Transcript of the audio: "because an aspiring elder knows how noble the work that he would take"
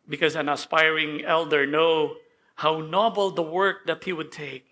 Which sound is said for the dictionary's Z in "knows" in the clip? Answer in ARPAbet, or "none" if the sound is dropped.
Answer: none